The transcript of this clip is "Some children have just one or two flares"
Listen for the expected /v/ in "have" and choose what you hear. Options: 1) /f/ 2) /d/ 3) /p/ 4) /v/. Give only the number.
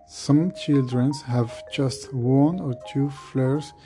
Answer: 4